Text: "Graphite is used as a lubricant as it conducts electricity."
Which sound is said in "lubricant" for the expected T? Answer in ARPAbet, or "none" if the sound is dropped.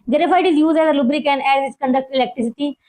none